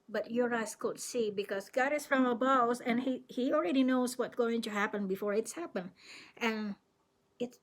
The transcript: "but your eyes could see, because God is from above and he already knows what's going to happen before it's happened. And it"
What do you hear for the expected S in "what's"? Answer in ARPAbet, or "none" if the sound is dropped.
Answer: none